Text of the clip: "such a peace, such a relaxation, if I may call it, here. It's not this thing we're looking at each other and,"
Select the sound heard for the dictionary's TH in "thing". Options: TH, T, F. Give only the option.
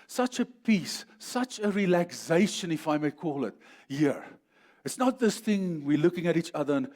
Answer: TH